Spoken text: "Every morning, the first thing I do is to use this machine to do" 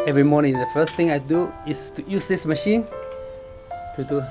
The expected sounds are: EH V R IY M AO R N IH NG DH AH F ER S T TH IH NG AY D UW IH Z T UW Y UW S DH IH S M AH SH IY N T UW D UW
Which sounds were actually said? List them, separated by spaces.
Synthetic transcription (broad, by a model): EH V R IY M AO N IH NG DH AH F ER S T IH NG AY D UW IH S T UW Y UW S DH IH S M AH SH IY N T UW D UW